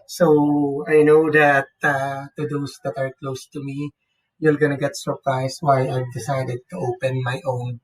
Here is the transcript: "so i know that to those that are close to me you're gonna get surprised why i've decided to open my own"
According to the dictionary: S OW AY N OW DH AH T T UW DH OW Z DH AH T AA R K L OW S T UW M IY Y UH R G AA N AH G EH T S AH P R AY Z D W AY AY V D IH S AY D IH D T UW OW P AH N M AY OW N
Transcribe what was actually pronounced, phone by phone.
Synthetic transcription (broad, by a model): S OW AY N OW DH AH T T UW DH OW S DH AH T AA R K L OW S T UW M IY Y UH L G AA N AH G EH T S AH P R AY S W AY AY V D IH S AY D IH D T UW OW P AH N M AY OW N